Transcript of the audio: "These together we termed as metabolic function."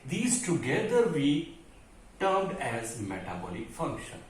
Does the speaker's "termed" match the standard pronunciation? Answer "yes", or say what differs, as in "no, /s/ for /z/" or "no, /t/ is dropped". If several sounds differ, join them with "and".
no, /m/ is dropped